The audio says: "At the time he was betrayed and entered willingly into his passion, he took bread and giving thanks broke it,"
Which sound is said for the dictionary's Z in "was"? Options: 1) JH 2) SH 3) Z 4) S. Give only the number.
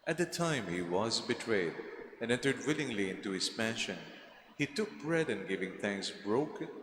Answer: 3